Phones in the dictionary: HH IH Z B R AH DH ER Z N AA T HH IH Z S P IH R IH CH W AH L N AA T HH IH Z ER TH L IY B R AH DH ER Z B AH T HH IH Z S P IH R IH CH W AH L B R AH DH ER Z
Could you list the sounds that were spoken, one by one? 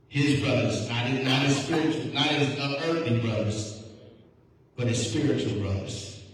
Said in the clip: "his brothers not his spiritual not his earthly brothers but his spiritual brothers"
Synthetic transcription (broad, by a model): HH IH Z B R AH DH ER Z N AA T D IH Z S P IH R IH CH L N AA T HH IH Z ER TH IY B R AH DH ER Z B AH T HH IH Z S P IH R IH CH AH L B R AH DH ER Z